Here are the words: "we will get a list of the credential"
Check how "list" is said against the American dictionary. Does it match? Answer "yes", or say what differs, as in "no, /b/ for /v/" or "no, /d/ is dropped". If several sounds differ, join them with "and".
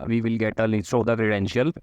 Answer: no, /t/ is dropped